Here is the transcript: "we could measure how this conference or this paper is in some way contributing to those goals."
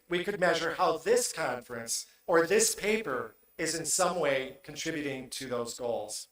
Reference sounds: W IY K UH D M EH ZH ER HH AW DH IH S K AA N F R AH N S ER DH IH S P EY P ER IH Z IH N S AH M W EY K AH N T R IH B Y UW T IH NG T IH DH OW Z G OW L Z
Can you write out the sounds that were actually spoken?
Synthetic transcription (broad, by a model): W IY K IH D M EH ZH ER HH AW DH IH S K AA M F R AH N S ER DH IH S P EY P ER IH Z IH N S AH M W EY K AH N T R IH B Y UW T IH NG T IH DH OW Z G OW L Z